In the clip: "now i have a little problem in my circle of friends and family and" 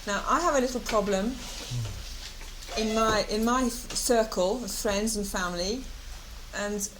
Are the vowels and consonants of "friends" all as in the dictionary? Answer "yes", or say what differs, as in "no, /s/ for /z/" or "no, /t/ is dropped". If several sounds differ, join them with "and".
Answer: yes